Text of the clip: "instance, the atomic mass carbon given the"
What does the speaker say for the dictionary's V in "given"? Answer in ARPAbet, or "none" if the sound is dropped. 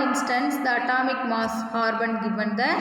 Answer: B